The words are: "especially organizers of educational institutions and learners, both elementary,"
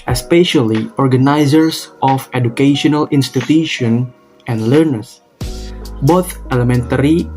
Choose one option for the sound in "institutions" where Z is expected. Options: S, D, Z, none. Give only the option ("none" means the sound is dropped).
none